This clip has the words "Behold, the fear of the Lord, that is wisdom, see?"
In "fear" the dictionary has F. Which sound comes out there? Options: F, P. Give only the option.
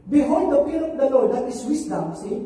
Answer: P